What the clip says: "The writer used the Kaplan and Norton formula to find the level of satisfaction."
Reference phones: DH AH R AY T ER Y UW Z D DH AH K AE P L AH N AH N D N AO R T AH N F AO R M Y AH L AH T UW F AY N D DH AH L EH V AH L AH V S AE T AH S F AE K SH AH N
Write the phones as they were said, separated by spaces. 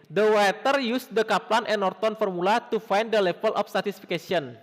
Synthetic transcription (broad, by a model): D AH W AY T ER Y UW S D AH K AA P L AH N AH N N AO R T AH N F AO R M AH L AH T UW F AY N D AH L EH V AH L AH F S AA T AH S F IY K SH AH N